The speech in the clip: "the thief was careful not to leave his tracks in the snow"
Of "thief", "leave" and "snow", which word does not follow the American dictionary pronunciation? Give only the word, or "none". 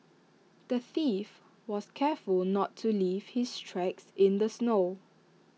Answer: none